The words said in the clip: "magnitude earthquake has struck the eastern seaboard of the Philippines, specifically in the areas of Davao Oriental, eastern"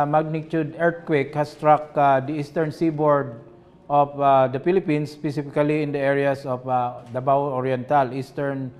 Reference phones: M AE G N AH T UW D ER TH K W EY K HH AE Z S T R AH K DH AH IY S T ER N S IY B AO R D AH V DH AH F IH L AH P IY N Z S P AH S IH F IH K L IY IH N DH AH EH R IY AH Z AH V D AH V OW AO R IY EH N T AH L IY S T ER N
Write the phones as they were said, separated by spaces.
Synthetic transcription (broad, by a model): M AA G N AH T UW D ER T K W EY K HH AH S T R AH K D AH IY S T ER N S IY B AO R D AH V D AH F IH L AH P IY N S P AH S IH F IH K L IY IH N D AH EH R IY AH S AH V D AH B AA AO R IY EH N T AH L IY S T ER N